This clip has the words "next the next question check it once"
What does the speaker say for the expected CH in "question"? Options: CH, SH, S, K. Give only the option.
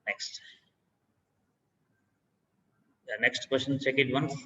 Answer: SH